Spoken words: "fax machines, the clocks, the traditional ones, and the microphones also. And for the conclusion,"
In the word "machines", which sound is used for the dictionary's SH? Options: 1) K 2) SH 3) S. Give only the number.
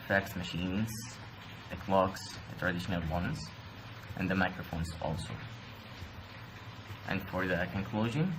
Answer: 2